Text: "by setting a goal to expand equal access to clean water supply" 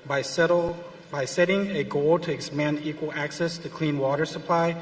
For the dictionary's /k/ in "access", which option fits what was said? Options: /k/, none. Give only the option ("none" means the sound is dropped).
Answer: /k/